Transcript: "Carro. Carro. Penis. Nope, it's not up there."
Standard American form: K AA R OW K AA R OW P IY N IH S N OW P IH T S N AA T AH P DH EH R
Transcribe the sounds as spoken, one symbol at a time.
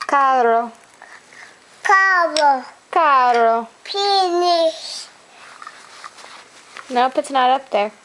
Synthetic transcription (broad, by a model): K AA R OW K AA R OW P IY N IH SH N OW P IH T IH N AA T AH P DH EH R